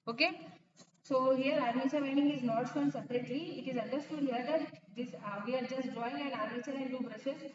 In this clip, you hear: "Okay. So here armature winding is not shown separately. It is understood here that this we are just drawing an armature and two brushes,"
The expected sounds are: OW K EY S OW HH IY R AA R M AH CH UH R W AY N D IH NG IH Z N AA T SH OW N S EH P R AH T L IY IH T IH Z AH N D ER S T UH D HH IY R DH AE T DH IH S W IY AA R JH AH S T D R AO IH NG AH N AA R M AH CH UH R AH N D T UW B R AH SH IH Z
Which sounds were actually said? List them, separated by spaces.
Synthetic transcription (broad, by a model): OW K EY S OW HH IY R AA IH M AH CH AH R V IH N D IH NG IH Z N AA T S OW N S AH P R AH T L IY IH T IH Z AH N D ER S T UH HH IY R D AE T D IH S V IY AA R JH AH S T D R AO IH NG AH N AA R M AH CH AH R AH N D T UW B R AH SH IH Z